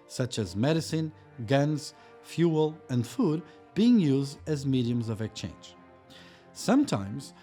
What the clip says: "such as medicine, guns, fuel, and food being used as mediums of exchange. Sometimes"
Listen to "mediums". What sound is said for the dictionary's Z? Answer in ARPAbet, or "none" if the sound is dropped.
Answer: Z